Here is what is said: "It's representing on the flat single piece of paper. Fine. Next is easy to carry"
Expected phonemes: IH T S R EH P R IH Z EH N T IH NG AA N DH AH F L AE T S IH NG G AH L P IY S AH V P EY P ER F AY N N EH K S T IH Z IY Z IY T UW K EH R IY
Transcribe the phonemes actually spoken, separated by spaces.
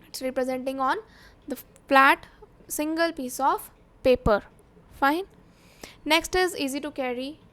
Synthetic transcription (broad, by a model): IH T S R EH P R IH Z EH N T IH NG AA N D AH F L AE T S IH NG G AH L P IY S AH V P EY P ER F AY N N EH K S T IH Z IY Z IY T UW K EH R IY